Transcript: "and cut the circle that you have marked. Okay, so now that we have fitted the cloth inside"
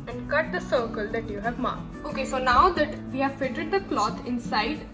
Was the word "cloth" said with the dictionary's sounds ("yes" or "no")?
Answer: no